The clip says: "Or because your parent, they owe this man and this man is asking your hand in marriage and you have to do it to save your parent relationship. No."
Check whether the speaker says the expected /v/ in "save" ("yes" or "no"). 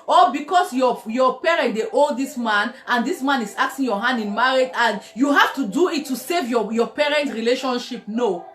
yes